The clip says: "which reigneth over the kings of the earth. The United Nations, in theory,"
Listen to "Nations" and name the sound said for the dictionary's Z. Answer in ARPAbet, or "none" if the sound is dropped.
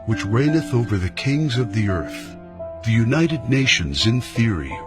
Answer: Z